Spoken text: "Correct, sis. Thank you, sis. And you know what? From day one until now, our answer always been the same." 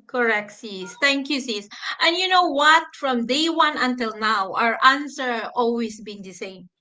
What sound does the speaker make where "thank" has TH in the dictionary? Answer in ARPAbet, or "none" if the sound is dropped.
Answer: T